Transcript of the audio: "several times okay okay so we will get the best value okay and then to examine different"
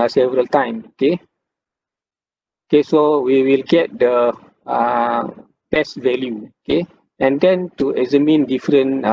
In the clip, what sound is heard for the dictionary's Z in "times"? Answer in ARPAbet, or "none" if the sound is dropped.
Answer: none